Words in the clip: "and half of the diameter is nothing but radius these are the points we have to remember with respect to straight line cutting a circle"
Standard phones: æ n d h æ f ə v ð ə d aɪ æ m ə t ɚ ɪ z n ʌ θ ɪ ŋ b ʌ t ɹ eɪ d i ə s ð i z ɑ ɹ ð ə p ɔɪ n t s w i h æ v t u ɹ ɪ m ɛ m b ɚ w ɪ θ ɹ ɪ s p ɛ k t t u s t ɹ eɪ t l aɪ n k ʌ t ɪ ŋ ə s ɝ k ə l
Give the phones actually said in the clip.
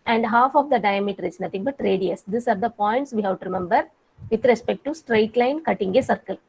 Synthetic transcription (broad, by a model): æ n d h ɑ f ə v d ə d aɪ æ m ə t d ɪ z n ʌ t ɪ ŋ b ʌ t ɹ eɪ d i ə s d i s ɑ ɹ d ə p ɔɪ n t s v i h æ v t u ɹ ɪ m ɛ m b ɚ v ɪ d ɹ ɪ s p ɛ k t t u s t ɹ eɪ t l aɪ n k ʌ t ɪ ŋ ə s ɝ k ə l